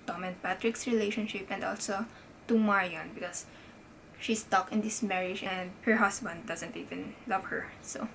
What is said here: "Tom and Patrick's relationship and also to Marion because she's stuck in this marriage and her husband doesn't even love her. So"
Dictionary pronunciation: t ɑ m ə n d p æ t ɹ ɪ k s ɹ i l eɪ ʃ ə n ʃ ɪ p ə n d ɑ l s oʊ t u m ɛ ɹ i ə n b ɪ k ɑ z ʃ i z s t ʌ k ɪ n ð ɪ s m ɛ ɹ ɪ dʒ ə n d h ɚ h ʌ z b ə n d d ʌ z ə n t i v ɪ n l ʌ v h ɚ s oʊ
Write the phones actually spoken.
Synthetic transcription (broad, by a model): t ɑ m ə n p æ t ɹ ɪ k s ɹ i l eɪ ʃ ə n ʃ ɪ p ə n d ɑ l s oʊ t u m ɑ ɹ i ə n b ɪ k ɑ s ʃ i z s t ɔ k ɪ n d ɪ s m ɛ ɹ ɪ dʒ ə n d h ɚ h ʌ s b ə n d d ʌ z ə n t i v ɪ n l ʌ v h ɚ s oʊ